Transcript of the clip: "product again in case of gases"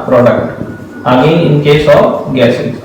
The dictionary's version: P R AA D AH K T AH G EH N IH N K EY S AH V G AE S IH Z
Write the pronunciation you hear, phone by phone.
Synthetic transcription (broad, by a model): P R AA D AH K T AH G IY IH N K EY S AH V G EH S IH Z